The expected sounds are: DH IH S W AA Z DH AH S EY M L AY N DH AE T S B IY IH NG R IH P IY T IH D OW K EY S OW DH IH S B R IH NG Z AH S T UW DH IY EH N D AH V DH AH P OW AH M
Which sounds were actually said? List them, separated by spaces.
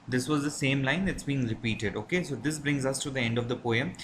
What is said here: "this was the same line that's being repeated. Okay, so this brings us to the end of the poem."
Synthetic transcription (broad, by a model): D IH S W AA Z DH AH S EY M L AY N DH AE T S B IY IH NG R IH P IY T IH D OW K EY S OW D IH S B R IH NG Z AH S T UW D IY EH N D AH V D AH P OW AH M